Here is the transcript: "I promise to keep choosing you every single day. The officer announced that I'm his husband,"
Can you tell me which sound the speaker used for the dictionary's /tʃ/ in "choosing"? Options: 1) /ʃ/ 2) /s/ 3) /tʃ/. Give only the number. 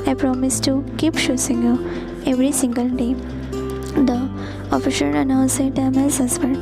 1